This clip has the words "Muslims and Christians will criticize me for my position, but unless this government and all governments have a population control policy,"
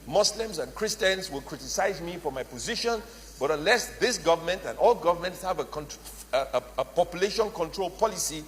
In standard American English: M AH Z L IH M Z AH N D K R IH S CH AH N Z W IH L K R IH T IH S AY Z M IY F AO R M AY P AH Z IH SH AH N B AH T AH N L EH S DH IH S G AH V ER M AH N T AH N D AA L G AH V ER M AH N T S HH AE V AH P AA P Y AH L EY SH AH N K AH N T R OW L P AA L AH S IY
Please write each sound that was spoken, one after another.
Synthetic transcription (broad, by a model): M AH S L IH M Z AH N K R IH S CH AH N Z W IH L K R IH T IH S AY Z M IY F AO R M AY P AH Z IH SH AH N B AH T AH N L EH S DH IH S G AH V ER M AH N T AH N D AA L G AH V ER M AH N T S HH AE V AH P AA P Y AH L EY SH AH N K AH N T R OW L P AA L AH S IY